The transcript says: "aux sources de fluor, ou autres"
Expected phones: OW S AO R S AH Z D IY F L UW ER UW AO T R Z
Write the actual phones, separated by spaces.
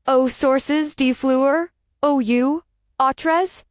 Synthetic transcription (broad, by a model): OW S AO R S AH Z D IY F L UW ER UW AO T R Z